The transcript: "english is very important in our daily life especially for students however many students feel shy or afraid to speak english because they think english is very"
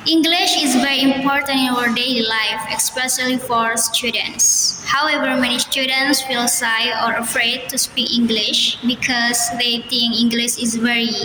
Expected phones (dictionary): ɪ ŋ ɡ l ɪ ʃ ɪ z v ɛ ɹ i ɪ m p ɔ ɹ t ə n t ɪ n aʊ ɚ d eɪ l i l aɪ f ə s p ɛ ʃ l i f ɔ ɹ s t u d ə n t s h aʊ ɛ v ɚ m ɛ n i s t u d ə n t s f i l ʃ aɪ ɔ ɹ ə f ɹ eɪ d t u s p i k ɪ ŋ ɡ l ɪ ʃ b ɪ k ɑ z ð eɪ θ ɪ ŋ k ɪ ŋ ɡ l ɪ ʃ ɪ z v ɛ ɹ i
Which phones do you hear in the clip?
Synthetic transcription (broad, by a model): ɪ ŋ ɡ l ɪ ʃ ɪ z v ɛ ɹ i ɪ m p ɔ ɹ t ə n t ɪ n aʊ ɚ d eɪ l i l aɪ f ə s p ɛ s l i f ɔ ɹ s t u d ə n t s h aʊ ɛ v ɚ m ɛ n i s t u d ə n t s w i l s aɪ ɔ ɹ ə f ɹ eɪ d t u s p i k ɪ ŋ ɡ l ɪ ʃ b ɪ k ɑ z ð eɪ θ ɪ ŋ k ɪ ŋ ɡ l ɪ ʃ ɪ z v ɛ ɹ i